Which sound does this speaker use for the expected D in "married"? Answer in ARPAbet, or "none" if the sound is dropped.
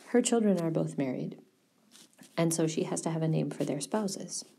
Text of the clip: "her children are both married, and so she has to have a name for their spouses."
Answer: D